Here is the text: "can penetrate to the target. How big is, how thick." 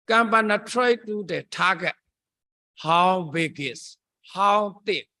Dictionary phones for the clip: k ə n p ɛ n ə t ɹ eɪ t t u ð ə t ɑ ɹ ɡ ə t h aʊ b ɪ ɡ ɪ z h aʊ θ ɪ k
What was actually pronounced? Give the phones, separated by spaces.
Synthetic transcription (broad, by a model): k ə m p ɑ n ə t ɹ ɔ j t u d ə t ɑ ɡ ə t h aʊ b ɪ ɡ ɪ s h aʊ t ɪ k